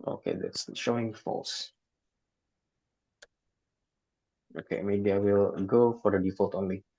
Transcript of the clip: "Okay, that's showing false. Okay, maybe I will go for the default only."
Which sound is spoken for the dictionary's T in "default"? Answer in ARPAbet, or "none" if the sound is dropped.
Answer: T